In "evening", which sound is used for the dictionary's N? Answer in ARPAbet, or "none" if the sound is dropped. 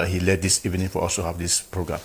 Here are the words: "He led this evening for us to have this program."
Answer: N